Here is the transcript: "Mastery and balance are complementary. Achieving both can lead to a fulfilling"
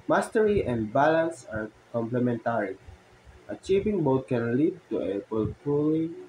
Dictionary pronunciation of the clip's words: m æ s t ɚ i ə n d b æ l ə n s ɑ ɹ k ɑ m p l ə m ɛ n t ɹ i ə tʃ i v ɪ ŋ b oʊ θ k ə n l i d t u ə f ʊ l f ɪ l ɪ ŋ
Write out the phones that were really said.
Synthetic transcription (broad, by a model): m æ s t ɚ i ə n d b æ l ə n s ɑ ɹ k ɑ m p l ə m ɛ n t ɹ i ə tʃ i v ɪ ŋ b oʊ t k ə n l i d t u ə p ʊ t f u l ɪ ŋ